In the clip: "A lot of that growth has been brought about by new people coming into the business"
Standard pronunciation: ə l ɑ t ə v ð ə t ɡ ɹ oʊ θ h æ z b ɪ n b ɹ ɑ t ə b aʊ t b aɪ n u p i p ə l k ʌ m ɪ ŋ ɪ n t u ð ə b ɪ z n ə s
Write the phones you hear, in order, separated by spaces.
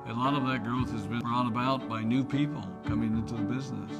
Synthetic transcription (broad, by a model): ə l ɑ t ə v ð ə t ɡ ɹ oʊ θ h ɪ z b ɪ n b ɹ ɑ t ə b aʊ t b aɪ n u p i p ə l k ʌ m ɪ ŋ ɪ n t u ð ə b ɪ z n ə s